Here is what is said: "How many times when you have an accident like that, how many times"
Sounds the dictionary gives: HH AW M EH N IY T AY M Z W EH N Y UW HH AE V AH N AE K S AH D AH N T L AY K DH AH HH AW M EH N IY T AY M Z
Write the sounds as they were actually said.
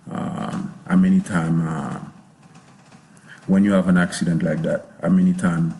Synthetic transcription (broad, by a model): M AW M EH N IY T AY M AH W EH N Y UW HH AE V AH N AE K S AH D AH N T L AY K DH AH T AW M EH N IY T AY M